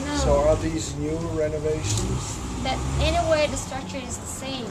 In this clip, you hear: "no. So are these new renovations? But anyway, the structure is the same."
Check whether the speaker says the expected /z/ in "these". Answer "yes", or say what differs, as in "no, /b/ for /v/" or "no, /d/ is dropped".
yes